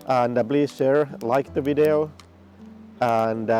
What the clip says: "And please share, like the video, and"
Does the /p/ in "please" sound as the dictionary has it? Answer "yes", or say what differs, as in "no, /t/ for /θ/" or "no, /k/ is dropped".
no, /b/ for /p/